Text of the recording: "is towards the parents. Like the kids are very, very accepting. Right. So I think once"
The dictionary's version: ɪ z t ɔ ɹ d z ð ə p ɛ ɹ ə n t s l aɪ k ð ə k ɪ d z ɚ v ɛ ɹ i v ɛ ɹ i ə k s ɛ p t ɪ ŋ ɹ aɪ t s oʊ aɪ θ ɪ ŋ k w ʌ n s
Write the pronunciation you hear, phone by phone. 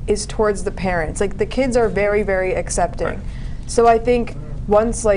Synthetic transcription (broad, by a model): ɪ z t ɔ ɹ d z ð ə p ɛ ɹ ə n t s l aɪ k ð ə k ɪ d z ɚ v ɛ ɹ i v ɛ ɹ i ə k s ɛ p t ɪ ŋ s oʊ aɪ θ ɪ ŋ k w ʌ n s